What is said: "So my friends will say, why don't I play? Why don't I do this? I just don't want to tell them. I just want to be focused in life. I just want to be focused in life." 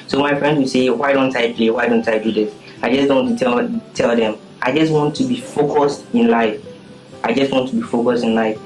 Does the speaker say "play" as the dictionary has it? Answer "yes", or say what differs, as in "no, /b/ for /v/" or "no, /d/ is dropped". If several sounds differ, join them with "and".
yes